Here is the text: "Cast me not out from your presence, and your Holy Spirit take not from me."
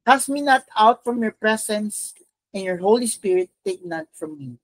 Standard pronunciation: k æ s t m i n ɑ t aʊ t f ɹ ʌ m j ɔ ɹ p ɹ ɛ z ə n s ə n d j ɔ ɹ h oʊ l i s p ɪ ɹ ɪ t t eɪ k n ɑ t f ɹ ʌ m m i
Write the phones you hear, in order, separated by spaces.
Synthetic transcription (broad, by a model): k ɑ s m i n ɑ t aʊ t f ɹ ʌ m j ɔ ɹ p ɹ ɛ s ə n s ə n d j ɔ ɹ h oʊ l i s p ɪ ɹ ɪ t t eɪ k n ɑ t f ɹ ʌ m m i